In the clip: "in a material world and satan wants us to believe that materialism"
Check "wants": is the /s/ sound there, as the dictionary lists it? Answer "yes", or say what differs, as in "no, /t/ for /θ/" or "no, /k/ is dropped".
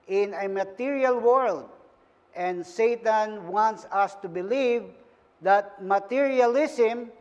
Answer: yes